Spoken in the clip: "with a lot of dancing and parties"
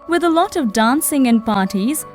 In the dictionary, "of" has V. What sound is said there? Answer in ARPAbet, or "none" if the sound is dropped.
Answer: V